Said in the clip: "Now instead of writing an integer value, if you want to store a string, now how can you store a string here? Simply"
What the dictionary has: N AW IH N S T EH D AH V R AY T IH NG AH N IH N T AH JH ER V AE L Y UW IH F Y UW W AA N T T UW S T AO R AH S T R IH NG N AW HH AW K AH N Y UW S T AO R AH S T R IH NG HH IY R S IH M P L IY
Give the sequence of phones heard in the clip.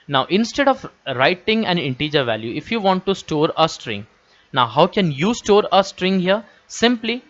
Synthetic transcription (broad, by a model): N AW IH N S T EH D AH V R AY T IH NG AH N IH N T AH JH ER V AE L Y UW IH F Y UW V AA N T T UW S T AO R AH S T R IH NG N AW HH AW K AH N Y UW S T AO R AH S T R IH NG HH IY R S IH M P L IY